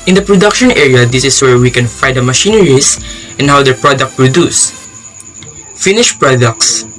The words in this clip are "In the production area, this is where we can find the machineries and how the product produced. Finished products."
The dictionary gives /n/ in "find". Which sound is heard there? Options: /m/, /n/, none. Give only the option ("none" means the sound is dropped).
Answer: none